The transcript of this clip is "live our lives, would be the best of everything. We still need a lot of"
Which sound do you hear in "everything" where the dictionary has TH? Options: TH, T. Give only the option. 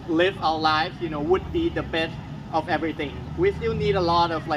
TH